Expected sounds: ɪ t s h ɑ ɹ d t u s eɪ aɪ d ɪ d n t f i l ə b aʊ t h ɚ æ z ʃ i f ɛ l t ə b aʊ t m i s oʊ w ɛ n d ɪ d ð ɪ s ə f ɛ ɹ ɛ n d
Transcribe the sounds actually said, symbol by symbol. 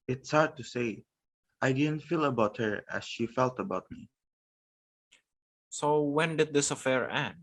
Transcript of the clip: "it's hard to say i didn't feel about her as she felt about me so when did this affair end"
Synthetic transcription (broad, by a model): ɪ t s h ɑ ɹ d t u s eɪ aɪ d ɪ d n t f i l ə b aʊ t h ɚ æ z ʃ i f ɛ l t ə b aʊ t m i s oʊ w ɛ n d ɪ d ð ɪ s ə f ɛ ɹ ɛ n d